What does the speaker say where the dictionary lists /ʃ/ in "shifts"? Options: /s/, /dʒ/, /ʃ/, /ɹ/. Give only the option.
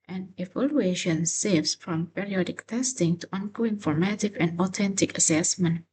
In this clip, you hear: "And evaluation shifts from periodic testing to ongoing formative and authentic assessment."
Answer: /s/